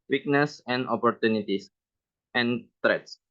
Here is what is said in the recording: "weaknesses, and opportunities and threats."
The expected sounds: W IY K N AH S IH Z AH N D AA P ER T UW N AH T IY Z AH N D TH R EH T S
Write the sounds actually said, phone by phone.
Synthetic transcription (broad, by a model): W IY K N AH S AH N D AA P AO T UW N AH T IY S AH N D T R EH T S